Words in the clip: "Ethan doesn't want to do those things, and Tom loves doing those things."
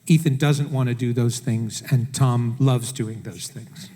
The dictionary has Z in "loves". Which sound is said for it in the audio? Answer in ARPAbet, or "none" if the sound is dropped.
Z